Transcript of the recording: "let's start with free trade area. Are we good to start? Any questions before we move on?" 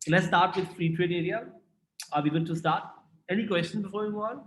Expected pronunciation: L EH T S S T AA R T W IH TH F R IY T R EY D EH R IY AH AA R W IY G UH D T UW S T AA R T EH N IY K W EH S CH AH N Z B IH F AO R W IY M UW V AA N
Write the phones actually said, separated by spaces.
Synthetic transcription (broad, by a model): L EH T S S T AA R T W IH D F R IY T R EY D EH R IY AH AA R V IY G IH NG T UW S T AA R T EH N IY K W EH S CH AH N B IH F AO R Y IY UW AA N